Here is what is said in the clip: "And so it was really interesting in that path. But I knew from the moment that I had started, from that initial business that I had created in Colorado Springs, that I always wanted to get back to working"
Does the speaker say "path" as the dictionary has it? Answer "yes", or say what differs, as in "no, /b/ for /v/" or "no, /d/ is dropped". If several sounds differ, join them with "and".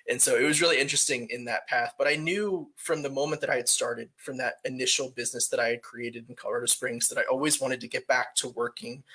yes